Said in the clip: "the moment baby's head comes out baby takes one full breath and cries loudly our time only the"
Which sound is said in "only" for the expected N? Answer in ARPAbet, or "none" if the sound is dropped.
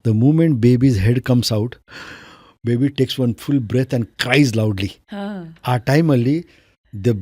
none